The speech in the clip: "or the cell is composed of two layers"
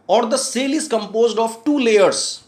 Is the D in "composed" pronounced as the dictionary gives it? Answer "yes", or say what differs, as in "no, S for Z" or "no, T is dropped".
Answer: yes